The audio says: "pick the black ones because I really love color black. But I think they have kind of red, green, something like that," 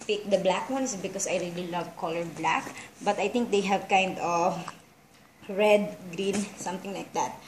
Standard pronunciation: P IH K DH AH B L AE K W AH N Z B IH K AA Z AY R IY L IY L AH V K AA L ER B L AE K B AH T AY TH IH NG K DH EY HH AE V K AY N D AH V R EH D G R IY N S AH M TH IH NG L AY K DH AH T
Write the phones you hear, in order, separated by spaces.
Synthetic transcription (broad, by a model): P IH K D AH B L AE K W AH N S B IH K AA S AY R IY L IY L AH V K AA L ER B L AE K B AH T AY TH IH NG K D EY HH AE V K AY N D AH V R EH D G R IY N S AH M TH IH NG L AY K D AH T